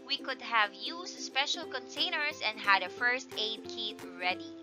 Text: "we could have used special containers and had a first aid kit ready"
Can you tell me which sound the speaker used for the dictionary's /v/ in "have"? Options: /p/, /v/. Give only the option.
/v/